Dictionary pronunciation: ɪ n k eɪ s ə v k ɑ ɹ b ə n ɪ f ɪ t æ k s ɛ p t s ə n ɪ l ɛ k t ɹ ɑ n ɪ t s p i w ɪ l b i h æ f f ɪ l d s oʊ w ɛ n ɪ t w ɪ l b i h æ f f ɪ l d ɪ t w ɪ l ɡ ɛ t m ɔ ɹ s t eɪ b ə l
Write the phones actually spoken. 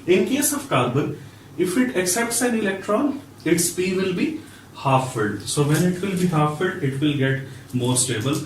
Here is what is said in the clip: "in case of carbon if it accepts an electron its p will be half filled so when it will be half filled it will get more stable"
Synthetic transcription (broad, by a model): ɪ n k eɪ s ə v k ɑ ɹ b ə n ɪ f ɪ t æ k s ɛ p t s ə n ɪ l ɛ k t ɹ ɑ n ɪ t s p i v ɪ l b i h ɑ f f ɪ d s oʊ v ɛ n ɪ t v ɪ l b i h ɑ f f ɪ d ɪ t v ɪ l ɡ ɛ t m ɔ ɹ s t eɪ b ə l